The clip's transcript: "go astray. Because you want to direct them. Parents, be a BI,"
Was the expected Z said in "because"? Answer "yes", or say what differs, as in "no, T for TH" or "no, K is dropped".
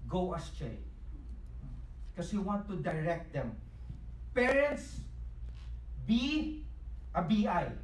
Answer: no, Z is dropped